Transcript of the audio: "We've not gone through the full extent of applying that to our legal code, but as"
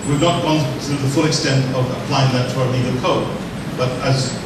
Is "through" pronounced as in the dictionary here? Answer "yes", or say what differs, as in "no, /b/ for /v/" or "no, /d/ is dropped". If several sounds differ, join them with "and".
no, /t/ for /θ/